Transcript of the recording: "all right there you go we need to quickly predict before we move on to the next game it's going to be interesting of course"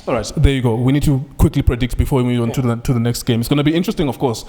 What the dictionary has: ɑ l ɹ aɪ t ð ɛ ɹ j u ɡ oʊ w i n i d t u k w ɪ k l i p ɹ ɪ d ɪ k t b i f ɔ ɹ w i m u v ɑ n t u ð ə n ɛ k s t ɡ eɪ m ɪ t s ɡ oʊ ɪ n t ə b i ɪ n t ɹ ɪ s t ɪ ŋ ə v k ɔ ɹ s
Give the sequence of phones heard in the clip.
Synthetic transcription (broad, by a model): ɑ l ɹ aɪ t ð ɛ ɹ j u ɡ oʊ w i n i d t u k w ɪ k l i p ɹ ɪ d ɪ k t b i f ɔ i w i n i ɑ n t u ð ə n ɛ k s t ɡ eɪ m ɪ t s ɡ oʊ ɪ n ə b i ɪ n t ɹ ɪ s t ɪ ŋ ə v k ɔ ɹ s